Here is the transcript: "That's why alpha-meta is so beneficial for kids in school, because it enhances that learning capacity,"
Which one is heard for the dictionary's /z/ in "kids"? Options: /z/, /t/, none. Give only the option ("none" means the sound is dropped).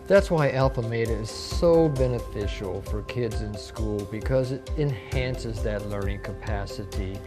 /z/